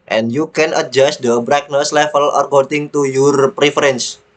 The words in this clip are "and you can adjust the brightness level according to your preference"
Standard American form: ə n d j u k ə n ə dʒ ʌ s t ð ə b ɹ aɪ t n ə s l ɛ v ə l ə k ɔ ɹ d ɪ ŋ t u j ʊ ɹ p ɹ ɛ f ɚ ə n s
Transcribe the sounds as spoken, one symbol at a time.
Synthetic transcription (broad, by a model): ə n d j u k ə n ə dʒ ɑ s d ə b ɹ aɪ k n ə s l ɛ f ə l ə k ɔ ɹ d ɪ ŋ t u j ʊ ɹ p ɹ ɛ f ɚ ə n s